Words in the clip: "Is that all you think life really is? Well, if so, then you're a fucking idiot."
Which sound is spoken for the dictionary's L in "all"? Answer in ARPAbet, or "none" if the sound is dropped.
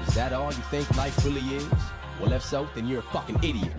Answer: N